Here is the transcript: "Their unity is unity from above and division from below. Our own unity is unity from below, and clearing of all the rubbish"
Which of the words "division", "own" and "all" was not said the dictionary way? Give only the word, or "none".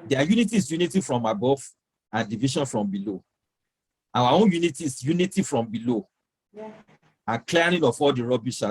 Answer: division